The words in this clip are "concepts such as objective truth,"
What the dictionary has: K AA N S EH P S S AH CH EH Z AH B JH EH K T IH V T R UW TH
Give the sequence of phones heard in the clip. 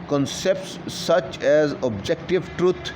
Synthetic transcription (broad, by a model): K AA N S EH P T S AH CH EH Z AH B JH EH K T IH V T R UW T